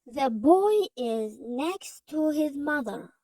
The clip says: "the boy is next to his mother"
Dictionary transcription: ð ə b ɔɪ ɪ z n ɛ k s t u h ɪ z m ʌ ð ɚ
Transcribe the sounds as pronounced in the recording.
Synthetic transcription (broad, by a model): ð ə b ɔɪ ɪ z n ɛ k s t u h ɪ z m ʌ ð ɚ